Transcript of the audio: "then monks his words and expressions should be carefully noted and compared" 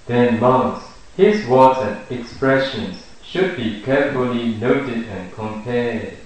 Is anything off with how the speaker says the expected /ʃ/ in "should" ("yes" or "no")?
no